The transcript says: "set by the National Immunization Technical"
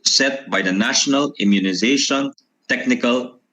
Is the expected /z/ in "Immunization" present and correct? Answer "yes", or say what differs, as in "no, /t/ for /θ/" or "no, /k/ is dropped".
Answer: yes